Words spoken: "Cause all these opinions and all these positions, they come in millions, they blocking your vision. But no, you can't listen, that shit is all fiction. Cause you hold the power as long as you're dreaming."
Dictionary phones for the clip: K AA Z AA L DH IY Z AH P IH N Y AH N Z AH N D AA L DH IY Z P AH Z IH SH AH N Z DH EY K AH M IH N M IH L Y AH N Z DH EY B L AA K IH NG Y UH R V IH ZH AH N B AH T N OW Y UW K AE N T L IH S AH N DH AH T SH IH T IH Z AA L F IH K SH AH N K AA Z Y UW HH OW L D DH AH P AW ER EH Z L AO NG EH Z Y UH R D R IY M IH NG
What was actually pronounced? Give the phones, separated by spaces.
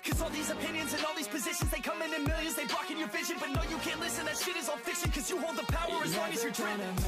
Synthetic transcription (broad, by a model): K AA Z AA L DH IY Z AH P IH N Y AH N Z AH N AA L DH IY Z P AH Z IH SH AH N Z DH EY K AH M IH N M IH L Y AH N Z DH EY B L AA K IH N Y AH R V IH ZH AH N B AH T N OW Y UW K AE N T L IH S AH N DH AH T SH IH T IH Z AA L F IH K SH AH N K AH Z Y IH HH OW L D DH AH P AW ER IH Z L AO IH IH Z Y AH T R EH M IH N